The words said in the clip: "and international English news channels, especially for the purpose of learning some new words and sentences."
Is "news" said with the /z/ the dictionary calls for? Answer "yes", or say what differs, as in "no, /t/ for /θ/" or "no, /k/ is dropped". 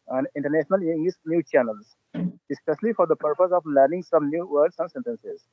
no, /z/ is dropped